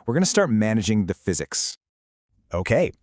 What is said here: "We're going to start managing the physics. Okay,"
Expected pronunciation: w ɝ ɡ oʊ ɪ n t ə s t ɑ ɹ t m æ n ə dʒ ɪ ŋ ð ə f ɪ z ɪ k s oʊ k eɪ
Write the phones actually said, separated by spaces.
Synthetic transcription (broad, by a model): w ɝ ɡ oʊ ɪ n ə s t ɑ ɹ t m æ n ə dʒ ɪ ŋ ð ə f ɪ z ɪ k s oʊ k eɪ